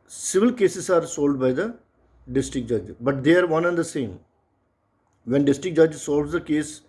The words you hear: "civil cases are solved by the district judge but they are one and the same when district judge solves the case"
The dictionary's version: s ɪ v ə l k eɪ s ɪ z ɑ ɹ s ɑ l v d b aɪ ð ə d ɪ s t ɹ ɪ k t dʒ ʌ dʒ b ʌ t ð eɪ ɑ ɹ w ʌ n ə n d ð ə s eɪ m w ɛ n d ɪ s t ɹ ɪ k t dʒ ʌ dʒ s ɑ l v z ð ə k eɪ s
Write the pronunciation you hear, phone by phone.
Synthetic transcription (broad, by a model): s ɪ v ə l k eɪ s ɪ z ɑ ɹ s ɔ l d b aɪ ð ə d ɪ s t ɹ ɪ k dʒ ʌ dʒ b ʌ t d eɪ ɑ ɹ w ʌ n ə n d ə s eɪ m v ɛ n d ɪ s t ɹ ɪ k dʒ ʌ dʒ s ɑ l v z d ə k eɪ s